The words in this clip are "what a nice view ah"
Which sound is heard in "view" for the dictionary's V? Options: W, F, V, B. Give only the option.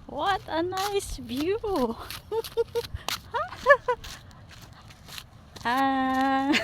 B